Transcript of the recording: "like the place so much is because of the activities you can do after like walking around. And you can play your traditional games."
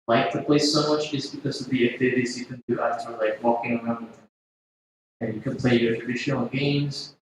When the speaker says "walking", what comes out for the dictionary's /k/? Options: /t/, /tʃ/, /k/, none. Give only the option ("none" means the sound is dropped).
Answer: /k/